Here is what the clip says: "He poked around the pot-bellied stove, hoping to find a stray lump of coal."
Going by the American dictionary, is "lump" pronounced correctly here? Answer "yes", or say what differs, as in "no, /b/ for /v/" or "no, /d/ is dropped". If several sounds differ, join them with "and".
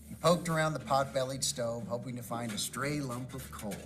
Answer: yes